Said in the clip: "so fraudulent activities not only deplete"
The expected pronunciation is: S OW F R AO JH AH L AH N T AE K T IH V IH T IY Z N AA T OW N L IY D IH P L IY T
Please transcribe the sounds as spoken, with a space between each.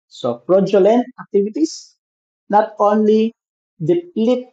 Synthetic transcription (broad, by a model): S OW P R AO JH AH L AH N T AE K T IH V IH T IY S N AA T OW N L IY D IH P L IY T